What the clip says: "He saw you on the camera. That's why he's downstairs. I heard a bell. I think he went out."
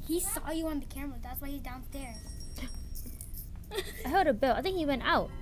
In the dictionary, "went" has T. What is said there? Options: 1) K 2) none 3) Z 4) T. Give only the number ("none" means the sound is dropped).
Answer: 4